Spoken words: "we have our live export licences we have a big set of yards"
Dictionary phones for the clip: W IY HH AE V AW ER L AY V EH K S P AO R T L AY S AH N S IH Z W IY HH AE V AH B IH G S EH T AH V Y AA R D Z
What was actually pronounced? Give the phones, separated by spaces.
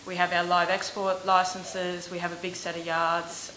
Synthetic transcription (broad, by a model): W IY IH V AW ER L AY V EH K S P AO R T L AY S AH N S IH Z W IY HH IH V AH B IH G S EH T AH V Y AA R D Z